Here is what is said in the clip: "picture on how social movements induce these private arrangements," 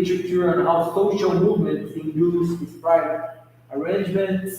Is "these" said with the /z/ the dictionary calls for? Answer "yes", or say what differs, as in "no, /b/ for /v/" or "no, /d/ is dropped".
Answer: no, /s/ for /z/